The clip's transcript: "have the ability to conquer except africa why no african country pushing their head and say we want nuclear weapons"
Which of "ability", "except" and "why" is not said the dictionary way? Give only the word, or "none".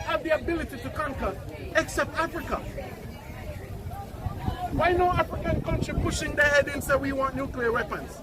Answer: none